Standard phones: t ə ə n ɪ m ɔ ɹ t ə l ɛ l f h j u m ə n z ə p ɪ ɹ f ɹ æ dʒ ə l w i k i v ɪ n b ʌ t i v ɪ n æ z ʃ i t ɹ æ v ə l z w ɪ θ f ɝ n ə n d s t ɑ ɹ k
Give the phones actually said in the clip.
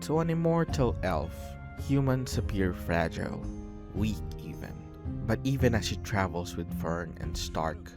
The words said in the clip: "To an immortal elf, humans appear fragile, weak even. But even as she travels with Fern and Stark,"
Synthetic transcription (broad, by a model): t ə ə n ɪ m ɔ ɹ t ə l ɛ l f h j u m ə n s ə p ɪ ɹ f ɹ æ dʒ ə l w i k i v ɪ n b ʌ t i v ɪ n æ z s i t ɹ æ v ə l s w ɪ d f ɝ n ə n d s t ɑ ɹ k